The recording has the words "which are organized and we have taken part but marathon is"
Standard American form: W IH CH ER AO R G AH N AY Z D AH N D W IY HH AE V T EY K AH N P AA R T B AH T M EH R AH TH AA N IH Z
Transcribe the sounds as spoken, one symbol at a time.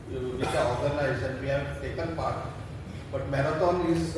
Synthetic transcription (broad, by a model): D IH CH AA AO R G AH N AY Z AH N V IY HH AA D T EY K AH N P AA R T B AH T M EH R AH T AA N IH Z